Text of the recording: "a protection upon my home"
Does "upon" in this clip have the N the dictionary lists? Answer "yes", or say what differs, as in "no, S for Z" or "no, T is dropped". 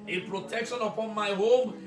yes